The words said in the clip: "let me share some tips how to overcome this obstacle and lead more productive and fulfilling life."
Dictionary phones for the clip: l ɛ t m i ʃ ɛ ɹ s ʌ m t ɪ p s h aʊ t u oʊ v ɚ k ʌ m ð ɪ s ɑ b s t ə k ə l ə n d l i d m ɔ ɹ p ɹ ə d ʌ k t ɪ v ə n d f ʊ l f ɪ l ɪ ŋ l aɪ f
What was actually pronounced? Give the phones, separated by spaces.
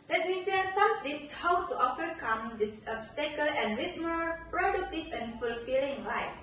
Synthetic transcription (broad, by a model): l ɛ t m i s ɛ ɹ s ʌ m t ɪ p s h aʊ t u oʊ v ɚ k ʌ m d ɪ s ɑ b s t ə k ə l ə n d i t m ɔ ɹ p ɹ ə d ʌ k t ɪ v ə n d f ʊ l f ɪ l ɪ ŋ l aɪ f